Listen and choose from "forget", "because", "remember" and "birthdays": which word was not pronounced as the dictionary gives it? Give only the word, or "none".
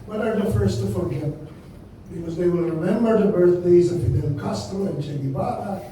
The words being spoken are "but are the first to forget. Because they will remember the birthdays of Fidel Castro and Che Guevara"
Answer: none